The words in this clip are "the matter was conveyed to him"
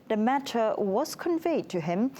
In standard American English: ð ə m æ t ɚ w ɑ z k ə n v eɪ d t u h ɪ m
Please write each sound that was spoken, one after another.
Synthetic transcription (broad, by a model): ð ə m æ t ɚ w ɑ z k ə n v eɪ d t u h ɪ m